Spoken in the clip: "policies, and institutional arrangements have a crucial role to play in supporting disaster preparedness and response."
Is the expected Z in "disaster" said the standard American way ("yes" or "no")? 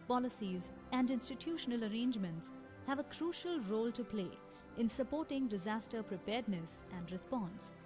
yes